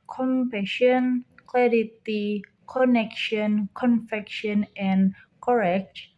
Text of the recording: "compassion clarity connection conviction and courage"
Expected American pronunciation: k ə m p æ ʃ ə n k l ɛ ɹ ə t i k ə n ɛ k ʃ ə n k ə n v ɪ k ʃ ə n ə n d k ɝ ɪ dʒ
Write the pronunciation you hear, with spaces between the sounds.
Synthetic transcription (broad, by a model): k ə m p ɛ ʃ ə n k l ɛ ɹ ə t i k ə n ɛ k ʃ ə n k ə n f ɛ k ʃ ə n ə n k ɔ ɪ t